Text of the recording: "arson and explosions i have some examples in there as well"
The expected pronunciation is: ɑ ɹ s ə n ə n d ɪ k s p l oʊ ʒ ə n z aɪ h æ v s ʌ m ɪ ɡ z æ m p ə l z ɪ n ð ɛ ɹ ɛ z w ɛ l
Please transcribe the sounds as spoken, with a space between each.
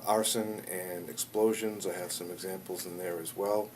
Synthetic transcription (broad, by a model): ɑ ɹ s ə n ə n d ɪ k s p l oʊ ʒ ə n z aɪ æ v s ʌ m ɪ ɡ z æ m p l z ɪ n ð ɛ ɹ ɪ z w ɛ l